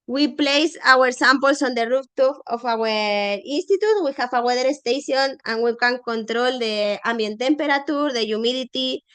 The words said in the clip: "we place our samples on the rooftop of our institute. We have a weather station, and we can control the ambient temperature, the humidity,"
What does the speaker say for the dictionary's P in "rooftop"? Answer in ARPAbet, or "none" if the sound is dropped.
F